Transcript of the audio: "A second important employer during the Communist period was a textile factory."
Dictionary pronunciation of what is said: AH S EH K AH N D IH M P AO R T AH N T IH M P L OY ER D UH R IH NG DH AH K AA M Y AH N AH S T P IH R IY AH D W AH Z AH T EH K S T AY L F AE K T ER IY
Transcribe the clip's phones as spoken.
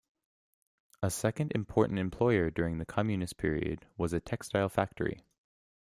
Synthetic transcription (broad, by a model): AH S EH K AH N D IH M P AO R T N T IH M P L OY ER D UH R IH NG DH AH K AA M Y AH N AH S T P IH R IY AH D W AH Z AH T EH K S T AY L F AE K T ER IY